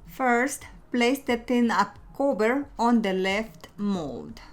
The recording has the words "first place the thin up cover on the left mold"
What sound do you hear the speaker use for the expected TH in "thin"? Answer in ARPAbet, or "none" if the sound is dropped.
T